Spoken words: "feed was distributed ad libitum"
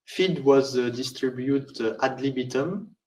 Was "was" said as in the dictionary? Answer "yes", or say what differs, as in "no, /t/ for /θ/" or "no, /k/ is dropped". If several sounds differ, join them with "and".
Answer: yes